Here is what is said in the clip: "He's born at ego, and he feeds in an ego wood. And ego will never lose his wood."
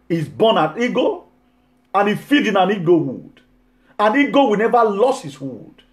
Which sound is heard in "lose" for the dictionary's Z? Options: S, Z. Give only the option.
S